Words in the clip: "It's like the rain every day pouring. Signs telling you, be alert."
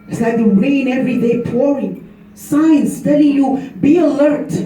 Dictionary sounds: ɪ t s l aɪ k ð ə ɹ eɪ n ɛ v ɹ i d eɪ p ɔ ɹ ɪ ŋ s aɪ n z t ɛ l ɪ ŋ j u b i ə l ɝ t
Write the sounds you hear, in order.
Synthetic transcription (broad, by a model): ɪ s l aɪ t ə ɹ eɪ n ɛ v ɹ i d eɪ p ɔ ɹ ɪ ŋ s aɪ n s t ɛ l ɪ ŋ j u b i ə l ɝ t